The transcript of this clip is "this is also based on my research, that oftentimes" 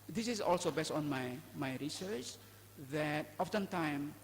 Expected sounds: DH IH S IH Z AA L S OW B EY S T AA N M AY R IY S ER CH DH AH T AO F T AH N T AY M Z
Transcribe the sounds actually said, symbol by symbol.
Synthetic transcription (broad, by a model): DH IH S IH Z AA L S OW B EY S T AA N M AY R IY S ER CH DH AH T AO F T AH N T AY M